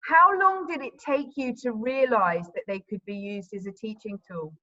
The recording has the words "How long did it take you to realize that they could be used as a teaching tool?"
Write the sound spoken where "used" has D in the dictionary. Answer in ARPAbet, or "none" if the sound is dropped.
D